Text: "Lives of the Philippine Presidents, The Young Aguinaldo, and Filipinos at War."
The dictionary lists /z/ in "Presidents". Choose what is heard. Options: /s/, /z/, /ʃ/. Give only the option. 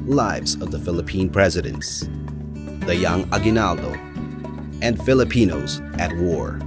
/z/